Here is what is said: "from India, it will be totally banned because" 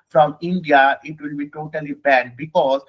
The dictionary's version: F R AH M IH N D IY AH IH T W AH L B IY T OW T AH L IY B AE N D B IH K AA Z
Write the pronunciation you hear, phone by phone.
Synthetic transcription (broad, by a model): F R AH M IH N D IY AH IH T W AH L B IY T OW T AH L IY B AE D B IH K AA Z